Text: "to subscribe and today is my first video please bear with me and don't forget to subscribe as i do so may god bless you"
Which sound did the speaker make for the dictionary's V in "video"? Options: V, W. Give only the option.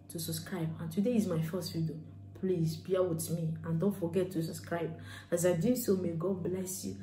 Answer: W